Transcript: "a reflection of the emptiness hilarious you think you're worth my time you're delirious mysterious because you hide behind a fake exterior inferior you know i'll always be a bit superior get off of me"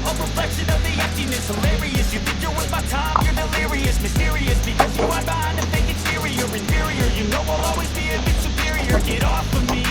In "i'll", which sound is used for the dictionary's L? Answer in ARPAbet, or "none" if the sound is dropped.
W